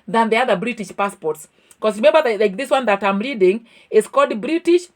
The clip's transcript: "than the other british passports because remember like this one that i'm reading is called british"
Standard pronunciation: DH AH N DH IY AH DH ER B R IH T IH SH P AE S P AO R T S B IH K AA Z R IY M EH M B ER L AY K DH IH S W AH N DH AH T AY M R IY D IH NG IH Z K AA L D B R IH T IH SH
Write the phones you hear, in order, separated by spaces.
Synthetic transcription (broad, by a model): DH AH N DH IY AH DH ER B R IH T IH SH P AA S P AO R T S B K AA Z R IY M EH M B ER L AY K DH IH S W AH N DH AH T AY M R IY D IH NG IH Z K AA D B R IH T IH SH